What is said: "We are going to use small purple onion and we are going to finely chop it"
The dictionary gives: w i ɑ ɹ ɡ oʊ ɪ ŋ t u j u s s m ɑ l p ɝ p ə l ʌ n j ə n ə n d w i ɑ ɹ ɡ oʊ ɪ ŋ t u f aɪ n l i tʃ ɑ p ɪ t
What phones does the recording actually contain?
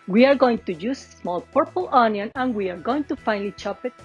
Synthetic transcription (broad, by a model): w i ɑ ɹ ɡ oʊ ɪ ŋ t u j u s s m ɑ l p ɝ p ə l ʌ n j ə n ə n w i ɑ ɹ ɡ oʊ ɪ ŋ t u f aɪ n l i tʃ ɑ p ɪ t